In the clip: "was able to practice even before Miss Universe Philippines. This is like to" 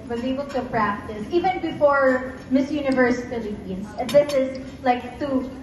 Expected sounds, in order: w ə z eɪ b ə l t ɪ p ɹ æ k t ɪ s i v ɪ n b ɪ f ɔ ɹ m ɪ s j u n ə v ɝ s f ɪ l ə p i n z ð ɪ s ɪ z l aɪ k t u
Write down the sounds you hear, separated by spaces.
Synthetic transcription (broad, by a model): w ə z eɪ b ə l t ɪ p ɹ æ k t ɪ s i v ɪ n b ɪ f ɔ ɹ m ɪ s j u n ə v ɝ s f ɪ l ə i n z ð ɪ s ɪ z l aɪ k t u